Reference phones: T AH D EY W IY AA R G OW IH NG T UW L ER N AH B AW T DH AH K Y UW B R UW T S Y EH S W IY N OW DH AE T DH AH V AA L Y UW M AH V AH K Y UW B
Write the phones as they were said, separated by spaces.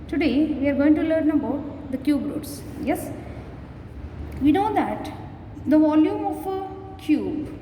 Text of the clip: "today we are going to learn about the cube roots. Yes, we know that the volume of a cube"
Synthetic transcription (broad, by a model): T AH D EY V IY AA R G OW IH NG T UW L ER N AH B AW T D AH K Y UW B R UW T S Y EH S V IY N OW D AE T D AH V AA L Y UW M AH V AH K Y UW B